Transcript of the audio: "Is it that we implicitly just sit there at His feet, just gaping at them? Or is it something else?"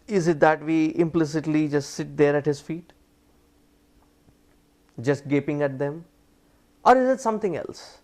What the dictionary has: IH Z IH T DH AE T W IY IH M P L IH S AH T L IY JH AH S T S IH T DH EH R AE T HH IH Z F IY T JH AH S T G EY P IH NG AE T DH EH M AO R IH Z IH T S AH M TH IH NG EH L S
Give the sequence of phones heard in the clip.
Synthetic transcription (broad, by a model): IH Z IH T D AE T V IY IH M P L IH S AH T L IY JH AH S T S IH T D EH R AE T HH IH Z F IY T JH AH S T G EY P IH NG AE T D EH M AO R IH Z IH T S AH M T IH NG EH L S